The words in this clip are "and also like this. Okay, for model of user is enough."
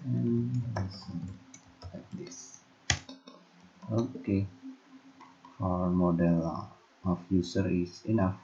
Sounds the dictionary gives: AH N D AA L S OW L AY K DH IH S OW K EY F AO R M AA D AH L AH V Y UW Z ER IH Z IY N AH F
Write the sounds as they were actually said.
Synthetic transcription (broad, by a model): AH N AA S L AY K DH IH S OW K EY F AO R M AA D AH L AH F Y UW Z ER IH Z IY N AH F